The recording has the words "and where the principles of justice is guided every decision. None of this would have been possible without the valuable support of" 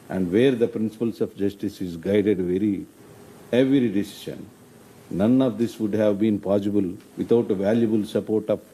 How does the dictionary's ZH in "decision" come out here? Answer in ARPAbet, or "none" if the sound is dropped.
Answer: SH